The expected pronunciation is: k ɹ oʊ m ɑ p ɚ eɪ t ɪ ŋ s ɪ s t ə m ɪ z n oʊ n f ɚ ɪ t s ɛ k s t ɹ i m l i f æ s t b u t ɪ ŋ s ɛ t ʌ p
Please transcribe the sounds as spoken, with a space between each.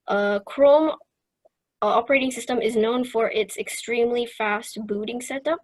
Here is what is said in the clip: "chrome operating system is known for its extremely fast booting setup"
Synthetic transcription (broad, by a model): k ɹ oʊ m ɑ p ɚ eɪ t ɪ ŋ s ɪ s t ə m ɪ z n oʊ n f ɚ ɪ t s ɛ k s t ɹ i m l i f æ s t b u t ɪ ŋ s ɛ t ʌ p